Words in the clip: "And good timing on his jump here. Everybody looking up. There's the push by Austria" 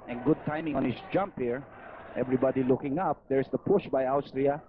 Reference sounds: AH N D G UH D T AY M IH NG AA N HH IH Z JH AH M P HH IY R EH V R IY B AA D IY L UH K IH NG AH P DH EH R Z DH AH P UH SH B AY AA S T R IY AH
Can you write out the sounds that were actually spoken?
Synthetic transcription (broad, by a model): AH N G UH D T AY M IH NG AA N HH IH S JH AH M P HH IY R EH V R IY B AA D IY L UH K IH NG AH P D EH R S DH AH P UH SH B AY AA S T R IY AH